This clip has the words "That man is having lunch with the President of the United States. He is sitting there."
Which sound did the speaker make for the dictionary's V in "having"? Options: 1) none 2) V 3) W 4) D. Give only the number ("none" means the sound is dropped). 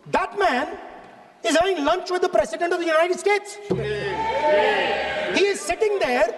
1